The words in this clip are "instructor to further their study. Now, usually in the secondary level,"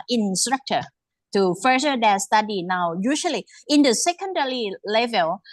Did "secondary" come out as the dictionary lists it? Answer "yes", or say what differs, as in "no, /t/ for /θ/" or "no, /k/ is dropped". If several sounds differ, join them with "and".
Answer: no, /l/ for /ɹ/